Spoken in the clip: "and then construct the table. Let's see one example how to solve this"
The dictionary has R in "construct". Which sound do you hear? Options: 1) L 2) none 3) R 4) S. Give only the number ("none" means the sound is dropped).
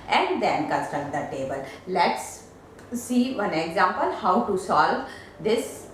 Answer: 2